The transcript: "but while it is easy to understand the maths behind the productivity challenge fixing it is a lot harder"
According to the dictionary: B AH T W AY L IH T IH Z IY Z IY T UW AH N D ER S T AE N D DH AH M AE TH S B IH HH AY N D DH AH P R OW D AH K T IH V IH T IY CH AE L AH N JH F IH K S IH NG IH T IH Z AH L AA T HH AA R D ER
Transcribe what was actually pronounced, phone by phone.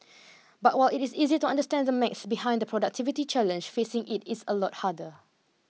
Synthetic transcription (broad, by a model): B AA T W AY L IH T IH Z IY Z IY T UW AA N D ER S T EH N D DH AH M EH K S B IH HH AY N D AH P R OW D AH K T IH V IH T IY CH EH L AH N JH F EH S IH NG IH T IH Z AH L AA T HH AA D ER